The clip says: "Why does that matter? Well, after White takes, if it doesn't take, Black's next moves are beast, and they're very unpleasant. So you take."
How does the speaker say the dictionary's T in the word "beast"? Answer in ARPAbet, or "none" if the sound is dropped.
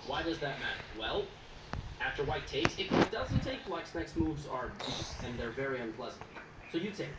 none